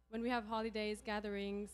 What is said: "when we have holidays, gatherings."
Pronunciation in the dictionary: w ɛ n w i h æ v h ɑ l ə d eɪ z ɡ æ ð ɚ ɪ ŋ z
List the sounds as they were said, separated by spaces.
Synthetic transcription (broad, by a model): w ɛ n w i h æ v h ɑ l ə d eɪ z ɡ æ ð ɚ ɪ ŋ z